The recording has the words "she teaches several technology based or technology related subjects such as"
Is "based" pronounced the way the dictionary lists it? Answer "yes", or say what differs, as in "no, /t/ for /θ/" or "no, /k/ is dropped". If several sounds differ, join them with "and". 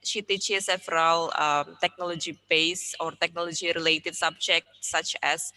no, /t/ is dropped